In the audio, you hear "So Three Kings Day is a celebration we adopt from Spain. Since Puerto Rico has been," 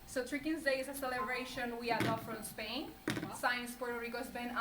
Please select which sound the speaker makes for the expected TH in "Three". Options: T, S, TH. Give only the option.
T